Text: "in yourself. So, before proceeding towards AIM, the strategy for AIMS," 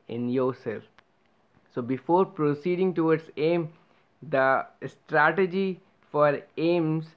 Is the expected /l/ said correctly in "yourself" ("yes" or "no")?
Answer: no